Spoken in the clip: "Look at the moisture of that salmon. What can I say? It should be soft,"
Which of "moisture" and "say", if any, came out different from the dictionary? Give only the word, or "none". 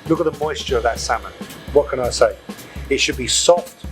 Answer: none